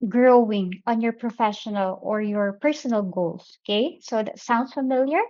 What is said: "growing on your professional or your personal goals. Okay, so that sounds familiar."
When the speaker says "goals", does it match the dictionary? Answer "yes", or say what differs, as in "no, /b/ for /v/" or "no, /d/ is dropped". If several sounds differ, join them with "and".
no, /s/ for /z/